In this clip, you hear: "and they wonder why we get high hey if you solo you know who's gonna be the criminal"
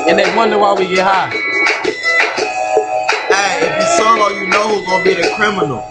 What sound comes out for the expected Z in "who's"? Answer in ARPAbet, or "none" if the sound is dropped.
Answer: none